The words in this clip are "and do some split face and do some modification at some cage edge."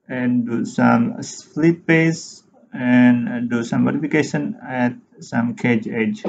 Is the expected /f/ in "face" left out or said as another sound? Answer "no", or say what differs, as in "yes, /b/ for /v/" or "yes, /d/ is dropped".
yes, /p/ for /f/